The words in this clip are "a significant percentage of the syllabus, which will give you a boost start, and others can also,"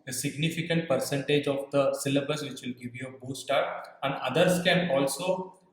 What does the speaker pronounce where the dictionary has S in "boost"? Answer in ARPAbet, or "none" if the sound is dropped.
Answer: none